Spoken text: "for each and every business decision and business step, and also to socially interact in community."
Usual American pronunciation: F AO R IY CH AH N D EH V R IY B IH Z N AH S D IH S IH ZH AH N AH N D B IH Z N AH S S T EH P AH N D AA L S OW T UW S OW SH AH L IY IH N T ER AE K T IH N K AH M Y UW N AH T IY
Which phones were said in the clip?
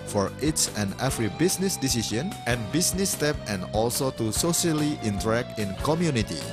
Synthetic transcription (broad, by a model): F AO R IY S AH N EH F R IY B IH S N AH S D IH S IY SH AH N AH N B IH S N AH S S T EH P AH N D AA L S OW T UW S OW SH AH L IY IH N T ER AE K T IH N K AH M Y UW N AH T IY